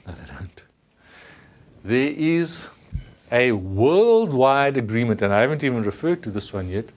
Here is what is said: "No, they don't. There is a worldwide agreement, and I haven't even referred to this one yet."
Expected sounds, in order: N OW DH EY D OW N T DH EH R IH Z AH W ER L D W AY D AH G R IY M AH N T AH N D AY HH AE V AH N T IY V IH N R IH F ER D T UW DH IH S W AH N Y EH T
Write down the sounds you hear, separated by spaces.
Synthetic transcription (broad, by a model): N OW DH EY D OW N T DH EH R IH Z AH W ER L D W AY D AH G R IY M AH N T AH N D AY HH AE V AH N T IY V IH N R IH F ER D T UW DH IH S W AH N Y EH T